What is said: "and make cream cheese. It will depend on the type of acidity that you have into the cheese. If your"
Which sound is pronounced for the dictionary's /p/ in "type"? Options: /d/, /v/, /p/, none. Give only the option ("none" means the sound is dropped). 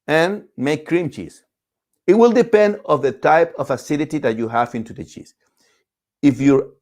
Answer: /p/